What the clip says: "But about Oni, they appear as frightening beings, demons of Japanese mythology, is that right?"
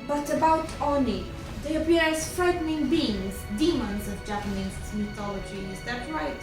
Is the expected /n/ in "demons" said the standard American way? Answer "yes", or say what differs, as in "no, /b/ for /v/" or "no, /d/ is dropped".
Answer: yes